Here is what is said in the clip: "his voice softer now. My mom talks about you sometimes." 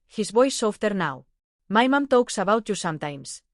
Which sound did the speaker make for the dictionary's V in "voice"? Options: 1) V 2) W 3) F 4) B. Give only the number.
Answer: 4